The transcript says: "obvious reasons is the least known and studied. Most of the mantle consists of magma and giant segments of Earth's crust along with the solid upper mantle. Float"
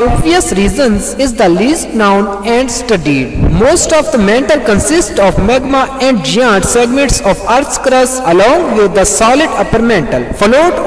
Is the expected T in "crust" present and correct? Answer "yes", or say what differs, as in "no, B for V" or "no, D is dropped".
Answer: no, T is dropped